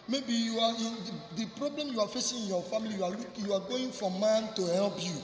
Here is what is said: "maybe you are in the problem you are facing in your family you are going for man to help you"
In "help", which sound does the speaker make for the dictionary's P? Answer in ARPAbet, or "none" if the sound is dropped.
B